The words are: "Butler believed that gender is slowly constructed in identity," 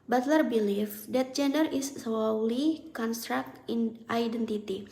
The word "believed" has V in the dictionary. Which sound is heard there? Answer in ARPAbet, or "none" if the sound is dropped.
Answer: F